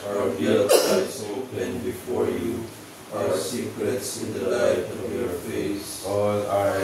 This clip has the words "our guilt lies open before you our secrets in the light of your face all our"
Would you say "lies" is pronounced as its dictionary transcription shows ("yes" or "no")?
no